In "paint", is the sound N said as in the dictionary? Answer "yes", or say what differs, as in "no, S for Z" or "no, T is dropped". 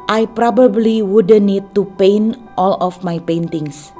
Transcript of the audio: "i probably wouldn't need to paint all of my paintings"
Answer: yes